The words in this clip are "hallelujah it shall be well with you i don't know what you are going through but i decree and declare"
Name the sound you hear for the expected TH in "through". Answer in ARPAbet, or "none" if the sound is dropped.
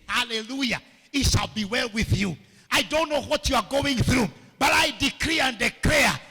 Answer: TH